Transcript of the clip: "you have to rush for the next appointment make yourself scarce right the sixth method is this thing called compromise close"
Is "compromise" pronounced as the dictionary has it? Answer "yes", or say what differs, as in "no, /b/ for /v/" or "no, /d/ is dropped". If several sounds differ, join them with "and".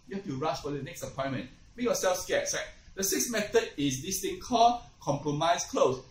no, /s/ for /z/